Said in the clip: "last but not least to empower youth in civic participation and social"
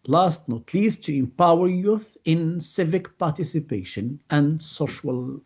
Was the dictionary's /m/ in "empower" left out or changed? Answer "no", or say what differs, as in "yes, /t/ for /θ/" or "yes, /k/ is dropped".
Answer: no